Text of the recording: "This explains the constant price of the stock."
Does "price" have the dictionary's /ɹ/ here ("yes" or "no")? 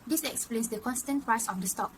no